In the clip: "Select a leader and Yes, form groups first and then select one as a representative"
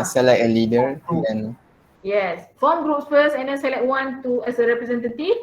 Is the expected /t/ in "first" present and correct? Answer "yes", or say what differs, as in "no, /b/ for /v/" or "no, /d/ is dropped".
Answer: no, /t/ is dropped